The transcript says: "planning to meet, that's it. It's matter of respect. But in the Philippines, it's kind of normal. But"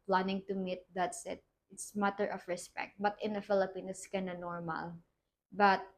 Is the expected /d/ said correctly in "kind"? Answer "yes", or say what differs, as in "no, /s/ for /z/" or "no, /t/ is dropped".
no, /d/ is dropped